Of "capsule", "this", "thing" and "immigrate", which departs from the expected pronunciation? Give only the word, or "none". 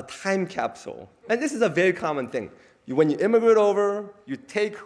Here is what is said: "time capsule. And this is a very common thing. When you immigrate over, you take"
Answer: none